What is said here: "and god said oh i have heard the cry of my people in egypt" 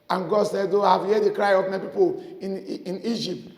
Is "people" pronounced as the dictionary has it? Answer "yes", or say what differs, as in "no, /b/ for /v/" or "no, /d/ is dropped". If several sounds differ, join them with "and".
no, /n/ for /l/